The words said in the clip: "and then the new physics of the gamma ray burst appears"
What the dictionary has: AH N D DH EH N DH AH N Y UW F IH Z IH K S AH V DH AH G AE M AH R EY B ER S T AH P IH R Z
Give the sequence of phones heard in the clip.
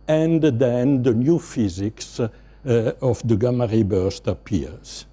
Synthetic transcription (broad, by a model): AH N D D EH N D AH N Y UW F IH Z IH K S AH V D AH G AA M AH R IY B ER S T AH P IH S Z